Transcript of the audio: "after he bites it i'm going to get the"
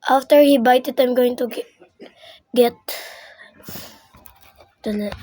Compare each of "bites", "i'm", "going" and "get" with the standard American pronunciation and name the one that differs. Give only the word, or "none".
bites